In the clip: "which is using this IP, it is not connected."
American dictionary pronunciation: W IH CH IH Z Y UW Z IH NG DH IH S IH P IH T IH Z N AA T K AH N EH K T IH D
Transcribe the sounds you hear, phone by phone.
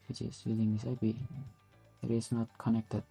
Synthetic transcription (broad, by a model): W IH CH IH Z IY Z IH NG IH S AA B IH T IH S N AA T K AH N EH K T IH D